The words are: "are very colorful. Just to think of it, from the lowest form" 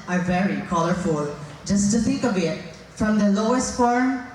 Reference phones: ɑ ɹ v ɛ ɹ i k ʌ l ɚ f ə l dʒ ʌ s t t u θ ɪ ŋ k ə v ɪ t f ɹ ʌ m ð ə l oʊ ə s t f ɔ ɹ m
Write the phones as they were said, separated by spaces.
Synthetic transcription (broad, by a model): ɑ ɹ v ɛ ɹ i k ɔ l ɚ f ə l dʒ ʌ s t t u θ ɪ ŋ k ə b ɪ t f ɹ ʌ m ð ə l oʊ ə s t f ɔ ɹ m